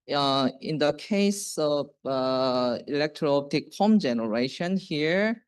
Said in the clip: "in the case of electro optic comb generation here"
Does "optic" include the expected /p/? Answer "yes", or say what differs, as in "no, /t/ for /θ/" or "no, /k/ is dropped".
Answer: no, /p/ is dropped